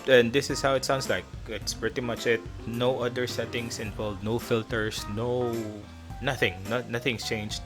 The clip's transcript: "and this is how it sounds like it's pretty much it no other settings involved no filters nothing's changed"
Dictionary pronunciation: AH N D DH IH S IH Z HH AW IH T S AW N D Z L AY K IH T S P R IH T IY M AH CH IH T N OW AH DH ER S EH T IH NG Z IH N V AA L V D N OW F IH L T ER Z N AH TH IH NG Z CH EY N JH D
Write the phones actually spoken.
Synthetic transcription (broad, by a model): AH N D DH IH S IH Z HH AW IH T S AW N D S L AY K IH T S P R IH T IY M AH CH IH T N OW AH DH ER S EH T IH NG S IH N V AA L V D N OW F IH L T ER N N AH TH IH NG S CH EY N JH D